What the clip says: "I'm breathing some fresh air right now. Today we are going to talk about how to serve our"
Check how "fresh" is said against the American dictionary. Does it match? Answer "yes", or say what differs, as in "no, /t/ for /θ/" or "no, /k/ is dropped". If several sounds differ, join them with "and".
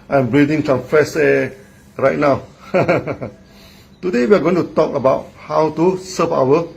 no, /s/ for /ʃ/